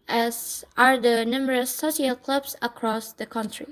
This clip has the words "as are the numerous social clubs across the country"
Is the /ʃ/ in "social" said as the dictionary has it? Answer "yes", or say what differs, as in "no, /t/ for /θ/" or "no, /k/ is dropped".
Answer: no, /ʃ/ is dropped